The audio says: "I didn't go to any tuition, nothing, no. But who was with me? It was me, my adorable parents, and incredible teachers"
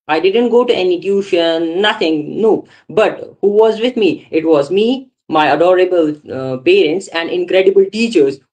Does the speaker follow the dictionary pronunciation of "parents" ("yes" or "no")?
yes